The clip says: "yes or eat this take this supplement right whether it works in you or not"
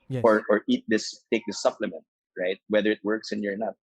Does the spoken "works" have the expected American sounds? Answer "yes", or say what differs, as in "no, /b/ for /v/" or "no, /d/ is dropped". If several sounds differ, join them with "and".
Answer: yes